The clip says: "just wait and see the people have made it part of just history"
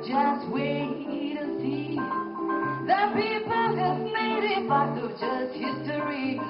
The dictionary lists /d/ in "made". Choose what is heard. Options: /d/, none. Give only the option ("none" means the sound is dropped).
/d/